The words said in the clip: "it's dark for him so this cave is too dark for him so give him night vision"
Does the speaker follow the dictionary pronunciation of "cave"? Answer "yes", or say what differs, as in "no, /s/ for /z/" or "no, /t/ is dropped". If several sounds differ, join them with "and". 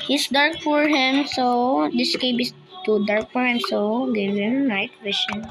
no, /b/ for /v/